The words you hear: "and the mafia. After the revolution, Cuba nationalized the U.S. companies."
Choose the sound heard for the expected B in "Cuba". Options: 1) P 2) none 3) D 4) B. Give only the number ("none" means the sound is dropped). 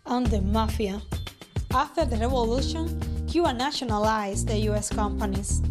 2